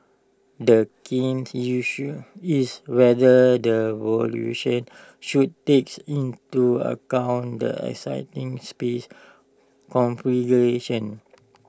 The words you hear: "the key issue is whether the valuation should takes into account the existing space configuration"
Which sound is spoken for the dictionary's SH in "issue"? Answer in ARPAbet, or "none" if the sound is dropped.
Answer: S